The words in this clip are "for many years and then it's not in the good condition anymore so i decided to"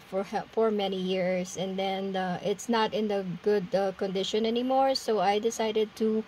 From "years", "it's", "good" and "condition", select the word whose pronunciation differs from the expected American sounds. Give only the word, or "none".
years